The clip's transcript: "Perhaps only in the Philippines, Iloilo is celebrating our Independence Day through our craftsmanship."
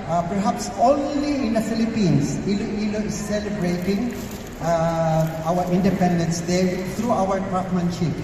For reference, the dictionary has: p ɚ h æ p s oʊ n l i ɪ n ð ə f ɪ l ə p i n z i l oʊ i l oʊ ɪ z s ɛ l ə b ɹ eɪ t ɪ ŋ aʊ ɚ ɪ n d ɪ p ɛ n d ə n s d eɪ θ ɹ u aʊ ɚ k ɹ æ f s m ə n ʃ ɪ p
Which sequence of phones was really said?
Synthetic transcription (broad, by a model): p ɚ h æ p s oʊ n l i ɪ n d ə f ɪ l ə p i n s i l oʊ i l oʊ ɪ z s ɛ l ə b ɹ eɪ t ɪ ŋ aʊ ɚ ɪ n d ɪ p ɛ n d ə n s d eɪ t ɹ u aʊ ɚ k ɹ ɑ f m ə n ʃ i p